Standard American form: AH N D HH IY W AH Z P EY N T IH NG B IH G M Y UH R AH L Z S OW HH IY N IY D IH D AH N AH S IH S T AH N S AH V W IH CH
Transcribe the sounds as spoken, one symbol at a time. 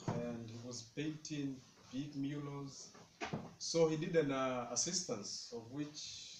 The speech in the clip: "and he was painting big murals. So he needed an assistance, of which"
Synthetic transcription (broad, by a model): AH N D HH IY W AH Z P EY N T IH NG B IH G M Y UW L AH Z S OW HH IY IY D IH D AH N AH S IH S T AH N S AH V W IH CH